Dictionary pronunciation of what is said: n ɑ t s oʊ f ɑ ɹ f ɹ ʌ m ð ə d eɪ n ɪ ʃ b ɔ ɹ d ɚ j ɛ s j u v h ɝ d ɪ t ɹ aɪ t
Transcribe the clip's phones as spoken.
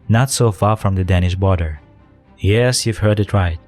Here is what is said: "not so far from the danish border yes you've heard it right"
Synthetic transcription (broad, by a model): n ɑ t s oʊ f ɑ ɹ f ɹ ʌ m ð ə d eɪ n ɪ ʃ b ɔ ɹ d ɚ j ɛ s j u v h ɝ d ɪ t ɹ aɪ t